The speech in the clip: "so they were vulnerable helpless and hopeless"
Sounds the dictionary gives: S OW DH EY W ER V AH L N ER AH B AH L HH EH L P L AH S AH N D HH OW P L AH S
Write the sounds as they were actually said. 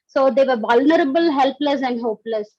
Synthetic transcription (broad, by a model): S OW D EY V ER V AH L N ER AH B AH L HH EH L P L AH S AH N D HH OW P L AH S